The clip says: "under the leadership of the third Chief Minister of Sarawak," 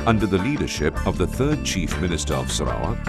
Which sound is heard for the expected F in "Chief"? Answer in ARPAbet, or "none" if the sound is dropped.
F